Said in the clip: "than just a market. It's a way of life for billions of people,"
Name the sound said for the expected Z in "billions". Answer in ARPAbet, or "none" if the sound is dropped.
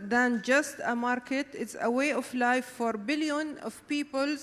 none